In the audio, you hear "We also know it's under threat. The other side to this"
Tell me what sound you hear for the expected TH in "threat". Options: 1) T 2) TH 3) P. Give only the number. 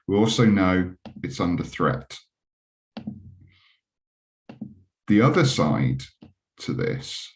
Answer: 2